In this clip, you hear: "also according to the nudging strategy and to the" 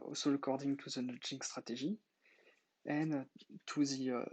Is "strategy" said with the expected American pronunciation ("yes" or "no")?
no